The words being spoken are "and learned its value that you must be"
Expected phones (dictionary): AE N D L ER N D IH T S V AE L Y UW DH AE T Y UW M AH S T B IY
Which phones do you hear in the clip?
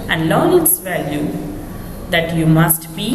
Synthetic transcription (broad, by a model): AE N D L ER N IH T S V AE L Y UW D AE T Y UW M AH S T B IY